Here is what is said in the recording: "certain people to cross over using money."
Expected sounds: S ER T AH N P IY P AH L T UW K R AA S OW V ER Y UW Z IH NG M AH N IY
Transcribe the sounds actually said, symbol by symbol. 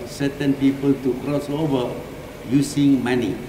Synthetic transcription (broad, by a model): S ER T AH N P IY P AH L T UW K R AA S OW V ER Y UW S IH NG M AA N IY